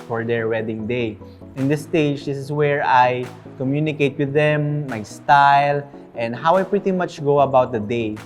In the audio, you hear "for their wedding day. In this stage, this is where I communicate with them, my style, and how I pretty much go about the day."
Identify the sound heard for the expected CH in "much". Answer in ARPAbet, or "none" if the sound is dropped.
CH